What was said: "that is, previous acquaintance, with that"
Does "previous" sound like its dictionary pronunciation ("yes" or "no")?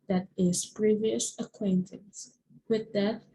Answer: yes